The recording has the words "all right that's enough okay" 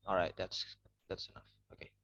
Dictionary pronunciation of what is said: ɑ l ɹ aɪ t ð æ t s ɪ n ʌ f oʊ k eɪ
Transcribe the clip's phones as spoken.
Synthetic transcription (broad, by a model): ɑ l ɹ aɪ t ð æ t s ɪ n ʌ f oʊ k eɪ